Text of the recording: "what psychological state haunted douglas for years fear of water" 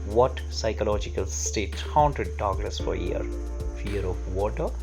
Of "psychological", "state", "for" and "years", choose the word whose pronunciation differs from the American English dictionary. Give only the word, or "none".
years